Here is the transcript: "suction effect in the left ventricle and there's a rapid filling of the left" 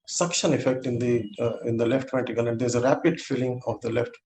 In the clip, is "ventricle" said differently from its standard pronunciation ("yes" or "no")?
yes